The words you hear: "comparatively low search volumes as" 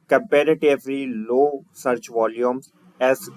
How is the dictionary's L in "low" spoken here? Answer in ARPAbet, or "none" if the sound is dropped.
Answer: L